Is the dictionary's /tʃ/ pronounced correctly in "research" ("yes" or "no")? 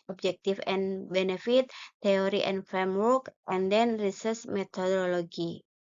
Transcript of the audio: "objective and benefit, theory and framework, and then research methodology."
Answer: no